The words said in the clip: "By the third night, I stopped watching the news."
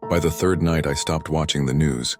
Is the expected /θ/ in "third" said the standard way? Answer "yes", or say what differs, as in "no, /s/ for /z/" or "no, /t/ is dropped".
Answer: yes